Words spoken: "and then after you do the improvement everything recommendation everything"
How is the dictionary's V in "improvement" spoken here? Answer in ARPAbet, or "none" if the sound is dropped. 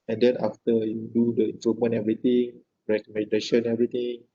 none